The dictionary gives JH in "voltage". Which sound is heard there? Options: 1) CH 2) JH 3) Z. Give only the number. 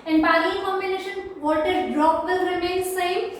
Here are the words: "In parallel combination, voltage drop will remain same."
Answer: 3